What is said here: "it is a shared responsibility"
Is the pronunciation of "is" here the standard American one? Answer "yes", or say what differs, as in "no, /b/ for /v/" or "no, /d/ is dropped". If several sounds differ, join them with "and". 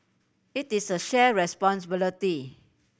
no, /s/ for /z/